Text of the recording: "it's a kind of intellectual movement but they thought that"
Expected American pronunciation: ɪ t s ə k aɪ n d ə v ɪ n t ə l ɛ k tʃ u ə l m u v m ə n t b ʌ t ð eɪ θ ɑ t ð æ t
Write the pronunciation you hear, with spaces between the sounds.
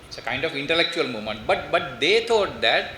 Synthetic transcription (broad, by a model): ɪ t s ə k aɪ n d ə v ɪ n t ə l ɛ k tʃ u ə l m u m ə n t b ʌ t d eɪ t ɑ t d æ t